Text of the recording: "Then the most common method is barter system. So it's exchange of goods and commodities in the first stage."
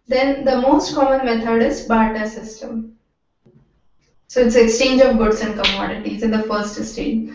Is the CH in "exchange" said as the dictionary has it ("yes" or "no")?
yes